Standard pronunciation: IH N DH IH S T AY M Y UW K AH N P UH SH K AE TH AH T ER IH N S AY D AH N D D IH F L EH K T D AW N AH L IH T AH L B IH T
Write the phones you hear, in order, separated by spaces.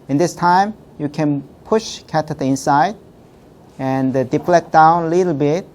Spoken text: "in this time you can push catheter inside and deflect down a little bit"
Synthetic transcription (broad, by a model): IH N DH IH S T AY M Y UW K AH N P UH SH K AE T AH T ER IH N S AY D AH N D D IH P L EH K D AW N AH L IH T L B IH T